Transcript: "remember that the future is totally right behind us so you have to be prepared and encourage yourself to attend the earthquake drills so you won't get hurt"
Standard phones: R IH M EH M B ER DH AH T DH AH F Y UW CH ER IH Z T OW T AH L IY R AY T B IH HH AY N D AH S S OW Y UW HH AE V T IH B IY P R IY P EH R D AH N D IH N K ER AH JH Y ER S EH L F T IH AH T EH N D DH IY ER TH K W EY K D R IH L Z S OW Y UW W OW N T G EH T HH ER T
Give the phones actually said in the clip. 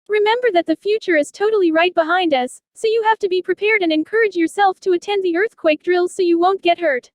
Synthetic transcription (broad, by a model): R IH M EH M B ER DH AH T DH AH F Y UW CH ER IH Z T OW T L IY R AY T B IH HH AY N D AH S S OW Y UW HH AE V T IH B IY P R IY P EH R D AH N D IH N K ER AH JH Y ER S EH L F T IH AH T EH N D DH IY ER TH K W EY K D R IH L Z S OW Y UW W OW N G EH T HH ER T